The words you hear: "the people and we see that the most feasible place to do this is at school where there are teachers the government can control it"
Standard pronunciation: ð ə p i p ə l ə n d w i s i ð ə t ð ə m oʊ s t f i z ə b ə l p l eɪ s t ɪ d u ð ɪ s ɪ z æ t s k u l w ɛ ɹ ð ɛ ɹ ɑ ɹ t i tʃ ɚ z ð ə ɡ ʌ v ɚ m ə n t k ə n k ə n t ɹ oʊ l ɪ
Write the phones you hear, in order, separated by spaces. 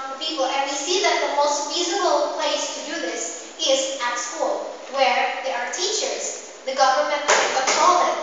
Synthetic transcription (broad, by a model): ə p i p ə l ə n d w i s i ð ə t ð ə m oʊ s t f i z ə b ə l p l eɪ s t ɪ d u ð ɪ s ɪ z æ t s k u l w ɛ ɹ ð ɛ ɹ ɑ ɹ t i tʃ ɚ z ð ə ɡ ʌ v ɚ m ə n t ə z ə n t oʊ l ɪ